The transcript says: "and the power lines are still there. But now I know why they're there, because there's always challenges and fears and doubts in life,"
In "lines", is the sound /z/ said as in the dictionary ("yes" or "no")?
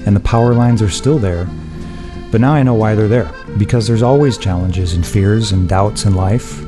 yes